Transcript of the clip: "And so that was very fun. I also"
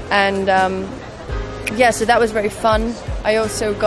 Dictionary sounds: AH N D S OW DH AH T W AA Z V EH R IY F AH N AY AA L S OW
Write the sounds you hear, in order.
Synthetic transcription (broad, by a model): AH N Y S OW DH AH T W AA Z V EH R IY F AH N AY AA L S OW